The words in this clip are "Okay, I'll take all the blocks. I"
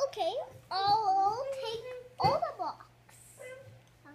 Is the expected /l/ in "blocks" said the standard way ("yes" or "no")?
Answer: no